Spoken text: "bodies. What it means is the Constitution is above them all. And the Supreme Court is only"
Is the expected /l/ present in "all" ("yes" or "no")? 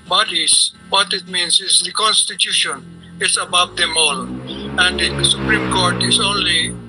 yes